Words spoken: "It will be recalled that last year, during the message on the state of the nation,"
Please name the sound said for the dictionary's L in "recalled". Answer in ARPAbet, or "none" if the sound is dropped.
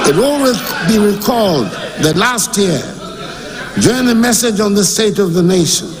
L